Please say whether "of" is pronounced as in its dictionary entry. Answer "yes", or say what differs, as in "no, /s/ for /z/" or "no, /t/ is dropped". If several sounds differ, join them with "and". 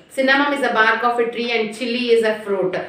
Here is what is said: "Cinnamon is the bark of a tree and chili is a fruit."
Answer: no, /f/ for /v/